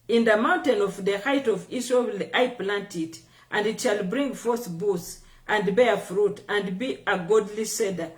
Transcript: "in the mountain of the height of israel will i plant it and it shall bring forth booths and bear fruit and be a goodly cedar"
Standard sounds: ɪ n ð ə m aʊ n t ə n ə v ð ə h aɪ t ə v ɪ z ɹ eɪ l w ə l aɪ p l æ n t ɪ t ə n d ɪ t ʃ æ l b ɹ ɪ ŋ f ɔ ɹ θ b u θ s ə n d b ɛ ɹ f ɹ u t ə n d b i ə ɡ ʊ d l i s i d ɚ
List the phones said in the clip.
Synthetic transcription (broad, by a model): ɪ n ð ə m aʊ n t ə n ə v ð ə h aɪ t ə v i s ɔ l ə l aɪ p l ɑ n t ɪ t ə n d ɪ t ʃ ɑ l b ɹ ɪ ŋ f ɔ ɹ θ b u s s ə n d b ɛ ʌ f ɹ u t ə n d b i ə ɡ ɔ d l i s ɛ d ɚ